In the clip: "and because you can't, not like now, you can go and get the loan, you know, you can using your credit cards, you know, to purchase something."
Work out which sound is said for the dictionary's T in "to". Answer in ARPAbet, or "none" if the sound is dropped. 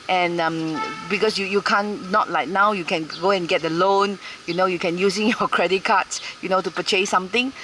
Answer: T